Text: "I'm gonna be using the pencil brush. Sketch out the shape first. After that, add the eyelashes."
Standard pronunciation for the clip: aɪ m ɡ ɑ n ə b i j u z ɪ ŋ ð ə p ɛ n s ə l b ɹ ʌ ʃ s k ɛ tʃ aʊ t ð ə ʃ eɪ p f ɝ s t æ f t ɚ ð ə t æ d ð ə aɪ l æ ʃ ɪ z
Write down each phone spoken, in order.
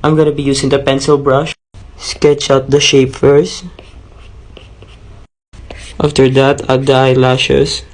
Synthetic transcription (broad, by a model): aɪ m ɡ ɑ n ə b i j u s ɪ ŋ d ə p ɛ n s ə l b ɹ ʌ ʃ s k ɛ tʃ aʊ t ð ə ʃ eɪ p f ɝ s t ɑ f t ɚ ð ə t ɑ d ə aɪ l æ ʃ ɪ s